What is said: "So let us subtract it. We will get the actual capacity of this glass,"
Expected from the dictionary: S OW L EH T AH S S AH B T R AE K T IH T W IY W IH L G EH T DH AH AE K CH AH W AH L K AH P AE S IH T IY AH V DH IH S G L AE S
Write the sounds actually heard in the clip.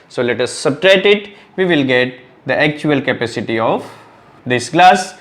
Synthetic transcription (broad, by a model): S OW L EH T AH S S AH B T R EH T IH T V IY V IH L G EH T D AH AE K CH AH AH L K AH P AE S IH T IY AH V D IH S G L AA S